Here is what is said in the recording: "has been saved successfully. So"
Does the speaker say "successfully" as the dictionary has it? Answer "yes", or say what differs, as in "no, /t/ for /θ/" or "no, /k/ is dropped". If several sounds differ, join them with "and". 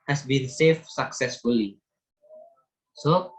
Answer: yes